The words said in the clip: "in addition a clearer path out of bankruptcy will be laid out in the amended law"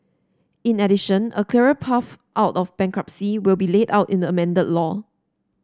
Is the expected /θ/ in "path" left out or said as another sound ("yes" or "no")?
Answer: yes